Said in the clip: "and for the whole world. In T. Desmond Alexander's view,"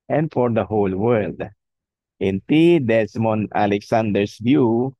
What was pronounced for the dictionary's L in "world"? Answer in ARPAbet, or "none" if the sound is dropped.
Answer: L